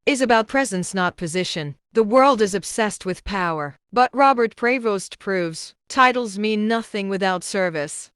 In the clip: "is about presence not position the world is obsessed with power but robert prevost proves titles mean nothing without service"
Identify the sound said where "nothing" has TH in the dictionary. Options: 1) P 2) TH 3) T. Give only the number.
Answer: 2